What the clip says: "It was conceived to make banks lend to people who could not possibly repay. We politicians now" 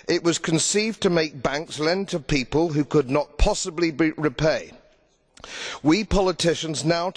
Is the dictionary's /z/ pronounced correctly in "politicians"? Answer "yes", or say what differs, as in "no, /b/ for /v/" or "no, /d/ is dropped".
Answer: yes